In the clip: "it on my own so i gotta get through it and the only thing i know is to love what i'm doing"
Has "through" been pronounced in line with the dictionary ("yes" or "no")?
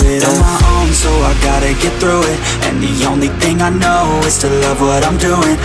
yes